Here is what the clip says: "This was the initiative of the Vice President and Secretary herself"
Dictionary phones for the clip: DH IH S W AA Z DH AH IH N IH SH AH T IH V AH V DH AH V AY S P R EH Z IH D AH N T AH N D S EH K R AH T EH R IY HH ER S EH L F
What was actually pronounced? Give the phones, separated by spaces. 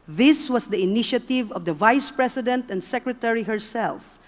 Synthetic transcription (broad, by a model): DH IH S W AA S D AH IH N IH SH AH T IH V AH V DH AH V AY S P R EH S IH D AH N T AH N D S EH K R AH T EH R IY HH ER S EH L F